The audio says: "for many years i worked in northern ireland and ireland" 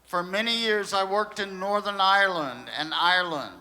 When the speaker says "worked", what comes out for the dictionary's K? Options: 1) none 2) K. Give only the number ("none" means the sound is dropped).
2